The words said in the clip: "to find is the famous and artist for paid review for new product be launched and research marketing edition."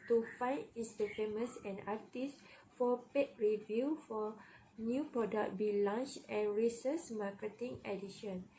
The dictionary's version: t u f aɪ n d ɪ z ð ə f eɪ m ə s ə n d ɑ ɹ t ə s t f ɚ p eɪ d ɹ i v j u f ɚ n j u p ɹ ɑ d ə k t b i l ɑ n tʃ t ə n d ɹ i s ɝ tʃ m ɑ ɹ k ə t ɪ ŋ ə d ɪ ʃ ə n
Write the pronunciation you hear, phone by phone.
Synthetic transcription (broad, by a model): t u f aɪ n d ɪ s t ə f eɪ m ə s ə n ɑ t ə s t f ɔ p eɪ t ɹ i v j u f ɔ n j u p ɹ ɑ d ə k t b i l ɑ n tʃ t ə n ɹ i s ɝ s m ɑ k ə t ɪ ŋ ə d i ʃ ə n